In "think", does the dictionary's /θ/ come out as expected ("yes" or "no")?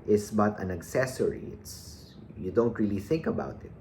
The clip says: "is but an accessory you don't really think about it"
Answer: yes